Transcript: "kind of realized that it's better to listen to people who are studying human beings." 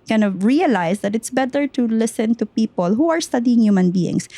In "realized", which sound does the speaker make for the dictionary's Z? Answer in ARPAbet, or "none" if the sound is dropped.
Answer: S